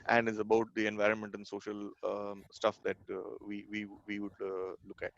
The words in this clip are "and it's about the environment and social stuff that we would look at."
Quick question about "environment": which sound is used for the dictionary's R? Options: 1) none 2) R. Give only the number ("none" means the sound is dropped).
2